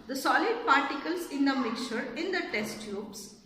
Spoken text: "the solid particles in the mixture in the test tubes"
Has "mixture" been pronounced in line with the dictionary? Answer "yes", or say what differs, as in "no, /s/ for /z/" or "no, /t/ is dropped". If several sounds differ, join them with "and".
no, /s/ is dropped